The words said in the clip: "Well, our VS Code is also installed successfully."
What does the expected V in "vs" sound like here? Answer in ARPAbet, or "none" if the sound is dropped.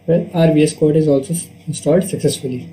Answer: B